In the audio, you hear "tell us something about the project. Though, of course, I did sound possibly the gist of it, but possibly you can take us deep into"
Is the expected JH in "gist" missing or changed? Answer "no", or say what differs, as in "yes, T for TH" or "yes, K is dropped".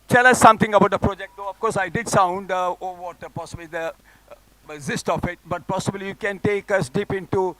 yes, Z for JH